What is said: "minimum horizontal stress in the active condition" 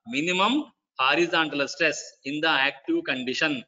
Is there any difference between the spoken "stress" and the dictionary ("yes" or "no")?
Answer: no